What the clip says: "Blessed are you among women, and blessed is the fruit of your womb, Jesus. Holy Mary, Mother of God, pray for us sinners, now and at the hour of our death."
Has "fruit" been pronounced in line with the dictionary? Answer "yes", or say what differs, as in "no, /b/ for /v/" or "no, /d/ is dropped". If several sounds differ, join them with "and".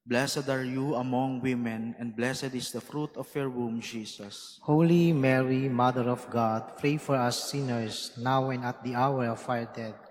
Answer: yes